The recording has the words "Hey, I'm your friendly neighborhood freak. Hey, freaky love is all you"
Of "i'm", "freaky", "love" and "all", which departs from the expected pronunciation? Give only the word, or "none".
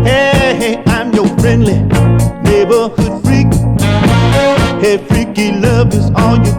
none